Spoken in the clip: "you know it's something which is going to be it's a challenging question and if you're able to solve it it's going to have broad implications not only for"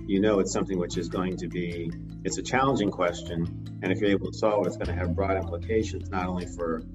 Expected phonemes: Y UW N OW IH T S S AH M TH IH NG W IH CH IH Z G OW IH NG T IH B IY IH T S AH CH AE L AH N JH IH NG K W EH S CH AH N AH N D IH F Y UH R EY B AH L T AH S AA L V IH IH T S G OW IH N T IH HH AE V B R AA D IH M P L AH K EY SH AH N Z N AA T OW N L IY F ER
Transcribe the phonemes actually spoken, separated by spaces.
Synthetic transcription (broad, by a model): Y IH N OW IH T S S AH M TH IH NG W IH CH IH Z G OW IH NG T IH B IY IH T S AH CH AE L AH N JH IH NG K W EH S CH AH N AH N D IH F Y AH R EY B L T AH S AA L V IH IH T S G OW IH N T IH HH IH V B R AA D IH M P L AH K EY SH AH N Z N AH T OW N L IY F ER